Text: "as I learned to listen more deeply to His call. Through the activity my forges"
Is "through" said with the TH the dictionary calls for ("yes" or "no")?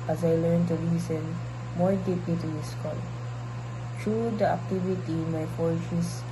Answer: no